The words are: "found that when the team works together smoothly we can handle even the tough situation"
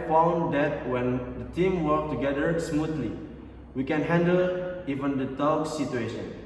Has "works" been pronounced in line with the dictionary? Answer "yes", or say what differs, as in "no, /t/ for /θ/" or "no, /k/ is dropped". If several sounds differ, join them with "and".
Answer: no, /s/ is dropped